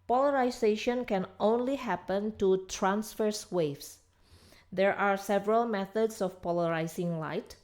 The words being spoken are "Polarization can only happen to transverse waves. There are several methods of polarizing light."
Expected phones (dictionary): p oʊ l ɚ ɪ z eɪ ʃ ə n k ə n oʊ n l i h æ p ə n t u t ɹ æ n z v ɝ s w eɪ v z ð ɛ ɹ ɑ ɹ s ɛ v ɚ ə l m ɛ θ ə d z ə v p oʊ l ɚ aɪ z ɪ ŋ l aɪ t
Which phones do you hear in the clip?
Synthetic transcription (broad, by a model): p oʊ l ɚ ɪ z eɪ ʃ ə n k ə n oʊ n l i h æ p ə n t u t ɹ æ n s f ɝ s w eɪ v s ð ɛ ɹ ɑ ɹ s ɛ v ɚ ə l m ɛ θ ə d s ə f p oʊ l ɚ aɪ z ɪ ŋ l aɪ t